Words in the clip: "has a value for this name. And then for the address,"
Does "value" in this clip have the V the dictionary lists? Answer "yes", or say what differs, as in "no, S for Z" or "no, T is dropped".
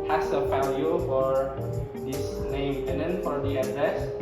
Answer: no, F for V